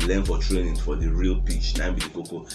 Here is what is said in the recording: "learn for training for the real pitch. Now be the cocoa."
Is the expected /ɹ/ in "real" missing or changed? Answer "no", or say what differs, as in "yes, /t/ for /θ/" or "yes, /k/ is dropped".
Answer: no